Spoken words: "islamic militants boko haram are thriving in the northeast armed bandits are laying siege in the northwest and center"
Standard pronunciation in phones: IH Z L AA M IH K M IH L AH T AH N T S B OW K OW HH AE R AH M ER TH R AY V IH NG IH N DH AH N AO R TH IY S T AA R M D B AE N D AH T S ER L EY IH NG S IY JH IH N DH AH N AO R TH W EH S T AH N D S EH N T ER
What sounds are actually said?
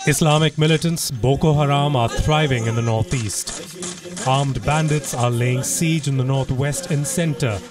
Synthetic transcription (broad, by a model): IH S L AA M IH K M IH L AH T AH N T S B OW K OW HH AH R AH M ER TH R AY V IH NG IH N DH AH N AO R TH IY S T AA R M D B AE N D AH T S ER L EY IH NG S IY JH IH N DH AH N AO R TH W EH S T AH N S EH N T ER